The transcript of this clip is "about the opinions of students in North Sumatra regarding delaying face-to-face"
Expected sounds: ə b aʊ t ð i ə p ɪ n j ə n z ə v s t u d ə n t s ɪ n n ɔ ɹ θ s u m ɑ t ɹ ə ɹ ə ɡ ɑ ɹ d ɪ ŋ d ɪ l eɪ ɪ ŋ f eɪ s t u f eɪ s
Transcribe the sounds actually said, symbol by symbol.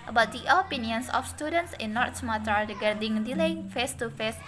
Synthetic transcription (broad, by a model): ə b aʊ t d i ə p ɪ n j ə n s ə f s t u d ə n t s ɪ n n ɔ ɹ t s m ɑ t ə ɹ ə ɡ ɑ ɹ d ɪ ŋ d ɪ l eɪ ɪ ŋ f eɪ s t u f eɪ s